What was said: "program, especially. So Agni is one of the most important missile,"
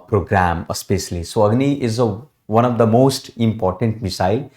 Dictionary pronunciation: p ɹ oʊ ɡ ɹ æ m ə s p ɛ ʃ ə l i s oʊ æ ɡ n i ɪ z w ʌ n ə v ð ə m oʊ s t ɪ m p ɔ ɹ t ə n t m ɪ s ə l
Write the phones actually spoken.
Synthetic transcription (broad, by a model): p ɹ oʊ ɡ ɹ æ m ə s p ɛ ʃ ə l i s oʊ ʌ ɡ n i ɪ z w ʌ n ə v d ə m oʊ s t ɪ m p ɔ ɹ t ə n t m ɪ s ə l